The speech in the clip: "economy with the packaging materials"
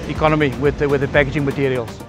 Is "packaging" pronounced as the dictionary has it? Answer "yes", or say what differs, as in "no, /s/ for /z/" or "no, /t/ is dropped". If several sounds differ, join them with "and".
no, /b/ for /p/